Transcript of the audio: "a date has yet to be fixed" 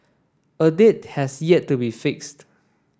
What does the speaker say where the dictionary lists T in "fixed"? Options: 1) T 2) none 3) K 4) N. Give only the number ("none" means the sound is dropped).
1